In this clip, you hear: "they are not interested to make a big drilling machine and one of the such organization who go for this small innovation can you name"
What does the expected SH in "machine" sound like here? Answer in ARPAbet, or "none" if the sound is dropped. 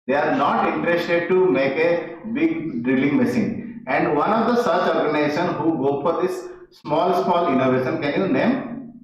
S